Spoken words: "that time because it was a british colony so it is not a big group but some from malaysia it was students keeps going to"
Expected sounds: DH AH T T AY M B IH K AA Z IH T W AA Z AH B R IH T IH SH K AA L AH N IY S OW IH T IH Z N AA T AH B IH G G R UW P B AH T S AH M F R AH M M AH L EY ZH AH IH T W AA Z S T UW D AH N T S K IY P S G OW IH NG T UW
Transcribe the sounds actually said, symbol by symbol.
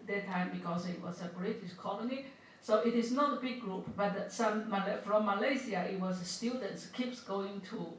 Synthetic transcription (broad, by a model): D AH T T AY M B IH K AA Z IH T W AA S AH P R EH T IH S K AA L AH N IY S OW IH T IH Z N AA T AH B IH G G R UW P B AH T S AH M F R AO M M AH L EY S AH IH T W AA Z S T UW D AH N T S K IY P S G OW IH NG T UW